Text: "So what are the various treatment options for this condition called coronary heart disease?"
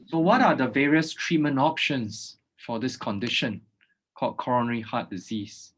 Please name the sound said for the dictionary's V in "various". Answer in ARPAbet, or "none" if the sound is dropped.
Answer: V